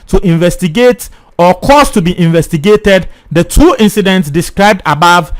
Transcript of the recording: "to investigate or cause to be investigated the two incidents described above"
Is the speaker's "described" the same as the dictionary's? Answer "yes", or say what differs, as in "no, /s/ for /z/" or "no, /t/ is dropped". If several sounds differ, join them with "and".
yes